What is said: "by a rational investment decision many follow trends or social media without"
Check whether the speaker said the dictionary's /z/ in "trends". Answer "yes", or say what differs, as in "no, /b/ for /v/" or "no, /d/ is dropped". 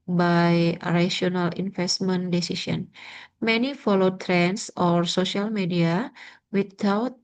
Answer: no, /s/ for /z/